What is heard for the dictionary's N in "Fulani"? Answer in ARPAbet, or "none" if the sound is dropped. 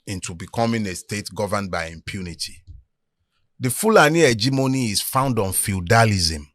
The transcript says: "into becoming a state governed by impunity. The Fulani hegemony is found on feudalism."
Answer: N